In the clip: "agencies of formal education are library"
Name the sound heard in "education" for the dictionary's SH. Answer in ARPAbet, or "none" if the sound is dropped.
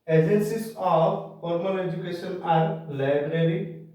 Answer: S